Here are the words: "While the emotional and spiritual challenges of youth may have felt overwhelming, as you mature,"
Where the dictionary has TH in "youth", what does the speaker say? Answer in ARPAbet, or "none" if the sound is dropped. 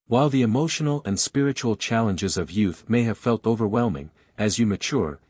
TH